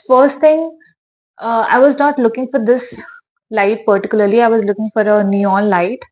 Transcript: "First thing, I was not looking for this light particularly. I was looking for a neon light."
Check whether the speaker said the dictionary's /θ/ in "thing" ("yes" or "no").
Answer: no